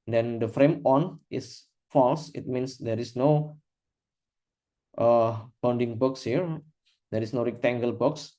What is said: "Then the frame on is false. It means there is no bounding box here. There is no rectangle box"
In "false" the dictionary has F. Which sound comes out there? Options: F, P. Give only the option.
F